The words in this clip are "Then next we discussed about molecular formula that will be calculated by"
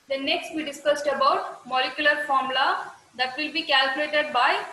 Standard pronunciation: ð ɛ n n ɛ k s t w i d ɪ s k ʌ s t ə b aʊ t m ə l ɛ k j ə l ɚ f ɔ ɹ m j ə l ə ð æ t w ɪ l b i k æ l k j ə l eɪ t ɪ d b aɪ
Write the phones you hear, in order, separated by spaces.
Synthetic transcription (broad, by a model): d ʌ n n ɛ k s t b i d ɪ s k ʌ s t ə b aʊ t m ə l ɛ k j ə l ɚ f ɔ ɹ m l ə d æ t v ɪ l b i k æ l k j ə l eɪ t ɪ d b aɪ